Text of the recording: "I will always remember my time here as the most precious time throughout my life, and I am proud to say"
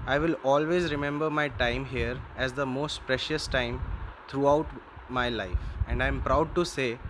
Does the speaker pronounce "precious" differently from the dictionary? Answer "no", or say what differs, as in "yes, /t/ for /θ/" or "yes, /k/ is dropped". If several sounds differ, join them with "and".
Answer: no